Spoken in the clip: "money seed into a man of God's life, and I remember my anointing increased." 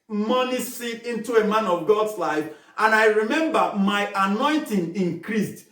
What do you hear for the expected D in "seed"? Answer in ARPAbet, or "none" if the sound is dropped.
none